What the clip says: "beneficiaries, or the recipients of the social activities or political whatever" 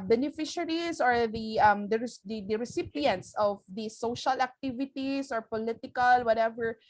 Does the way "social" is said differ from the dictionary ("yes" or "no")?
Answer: no